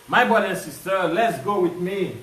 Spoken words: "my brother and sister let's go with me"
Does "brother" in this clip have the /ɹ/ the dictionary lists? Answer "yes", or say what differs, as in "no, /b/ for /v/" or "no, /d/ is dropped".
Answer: no, /ɹ/ is dropped